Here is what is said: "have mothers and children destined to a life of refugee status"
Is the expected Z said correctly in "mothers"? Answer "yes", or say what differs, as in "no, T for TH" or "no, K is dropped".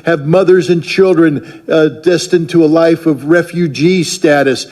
yes